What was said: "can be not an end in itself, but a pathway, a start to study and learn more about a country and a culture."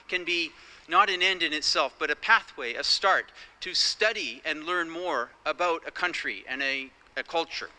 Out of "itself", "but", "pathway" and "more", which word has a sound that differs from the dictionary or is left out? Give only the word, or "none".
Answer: none